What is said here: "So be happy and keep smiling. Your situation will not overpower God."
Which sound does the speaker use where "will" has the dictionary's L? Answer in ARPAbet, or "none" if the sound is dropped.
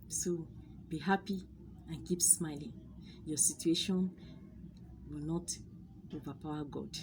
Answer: L